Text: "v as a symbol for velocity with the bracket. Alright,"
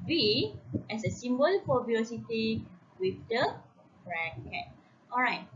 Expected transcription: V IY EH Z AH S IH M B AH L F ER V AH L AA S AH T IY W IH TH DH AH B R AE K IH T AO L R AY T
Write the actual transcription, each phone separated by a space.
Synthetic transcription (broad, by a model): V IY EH S AH S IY M B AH L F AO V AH AA S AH T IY W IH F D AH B R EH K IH T AO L R AY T